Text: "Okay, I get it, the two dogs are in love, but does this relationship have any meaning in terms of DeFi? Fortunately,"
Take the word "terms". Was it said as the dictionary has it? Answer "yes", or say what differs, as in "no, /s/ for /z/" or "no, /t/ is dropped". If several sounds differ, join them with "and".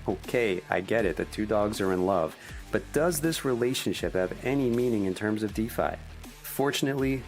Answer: yes